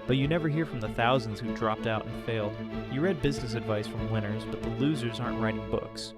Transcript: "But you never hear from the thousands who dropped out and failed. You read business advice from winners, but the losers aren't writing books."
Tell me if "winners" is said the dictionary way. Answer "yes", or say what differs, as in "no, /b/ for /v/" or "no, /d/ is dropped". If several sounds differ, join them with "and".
yes